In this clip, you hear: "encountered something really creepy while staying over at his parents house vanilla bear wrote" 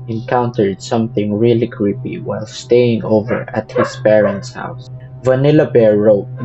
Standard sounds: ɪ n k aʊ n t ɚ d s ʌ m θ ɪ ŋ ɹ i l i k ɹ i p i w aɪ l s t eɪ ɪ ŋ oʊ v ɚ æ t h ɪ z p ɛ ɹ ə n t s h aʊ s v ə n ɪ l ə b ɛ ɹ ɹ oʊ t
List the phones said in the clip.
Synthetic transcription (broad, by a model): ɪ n k aʊ n t ɚ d s ʌ m θ ɪ ŋ ɹ i l i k ɹ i p i w aɪ l s t eɪ ɪ ŋ oʊ v ɚ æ t h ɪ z p ɛ ɹ ə n t s h aʊ s v ə n ɪ l ə b ɛ ɹ ɹ oʊ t